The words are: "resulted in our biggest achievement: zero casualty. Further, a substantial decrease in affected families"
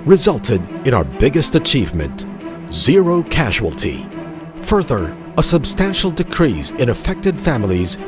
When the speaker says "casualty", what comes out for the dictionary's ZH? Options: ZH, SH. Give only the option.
ZH